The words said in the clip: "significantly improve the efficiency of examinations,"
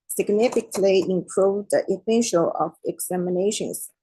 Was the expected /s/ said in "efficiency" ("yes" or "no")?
no